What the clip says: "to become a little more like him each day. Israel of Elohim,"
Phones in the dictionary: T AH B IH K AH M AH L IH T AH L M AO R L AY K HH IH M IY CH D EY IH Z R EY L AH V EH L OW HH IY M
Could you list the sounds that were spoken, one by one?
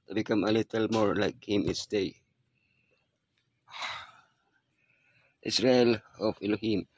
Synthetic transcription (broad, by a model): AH B IH K AH M AH L IH T AH L M AO R L AY K HH IH M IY S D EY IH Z R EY L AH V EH L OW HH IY M